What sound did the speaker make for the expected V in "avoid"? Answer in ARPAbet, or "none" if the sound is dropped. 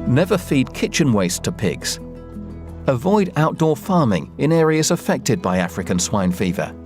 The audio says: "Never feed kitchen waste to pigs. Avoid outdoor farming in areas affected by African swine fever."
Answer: V